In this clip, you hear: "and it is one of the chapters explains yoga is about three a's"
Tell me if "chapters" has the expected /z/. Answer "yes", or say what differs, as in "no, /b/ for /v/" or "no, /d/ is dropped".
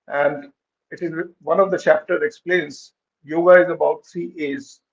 no, /z/ is dropped